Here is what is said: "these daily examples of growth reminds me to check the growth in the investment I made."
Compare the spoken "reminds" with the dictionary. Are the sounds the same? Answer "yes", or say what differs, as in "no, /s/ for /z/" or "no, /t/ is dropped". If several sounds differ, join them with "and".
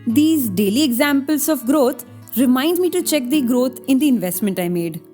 no, /z/ is dropped